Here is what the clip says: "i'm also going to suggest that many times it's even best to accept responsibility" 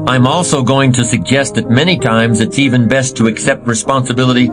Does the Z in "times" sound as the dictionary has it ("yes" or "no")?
yes